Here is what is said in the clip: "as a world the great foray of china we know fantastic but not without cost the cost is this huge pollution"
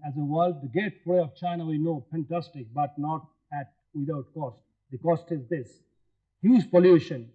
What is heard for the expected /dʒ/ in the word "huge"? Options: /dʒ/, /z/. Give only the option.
/z/